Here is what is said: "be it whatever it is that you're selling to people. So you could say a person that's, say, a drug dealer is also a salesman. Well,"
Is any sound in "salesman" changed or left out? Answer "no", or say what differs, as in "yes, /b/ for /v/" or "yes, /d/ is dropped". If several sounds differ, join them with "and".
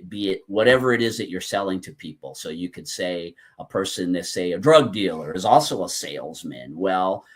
no